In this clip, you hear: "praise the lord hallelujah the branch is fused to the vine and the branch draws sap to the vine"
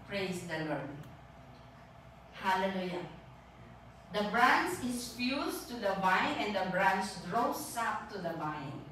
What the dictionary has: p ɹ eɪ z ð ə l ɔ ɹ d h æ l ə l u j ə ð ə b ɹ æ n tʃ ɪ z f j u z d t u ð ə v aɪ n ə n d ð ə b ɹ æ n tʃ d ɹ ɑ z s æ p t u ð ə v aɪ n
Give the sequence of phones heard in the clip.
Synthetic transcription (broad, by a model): p ɹ eɪ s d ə l ɔ ɹ d h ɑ l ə l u j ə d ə b ɹ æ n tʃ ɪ s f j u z t u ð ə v aɪ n ə n d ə b ɹ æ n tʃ d ɹ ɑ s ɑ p t u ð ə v aɪ n